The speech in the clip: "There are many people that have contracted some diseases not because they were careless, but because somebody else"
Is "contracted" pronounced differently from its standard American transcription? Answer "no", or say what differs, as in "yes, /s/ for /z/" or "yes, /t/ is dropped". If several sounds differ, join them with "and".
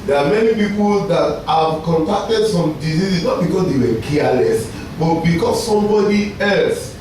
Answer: yes, /ɹ/ is dropped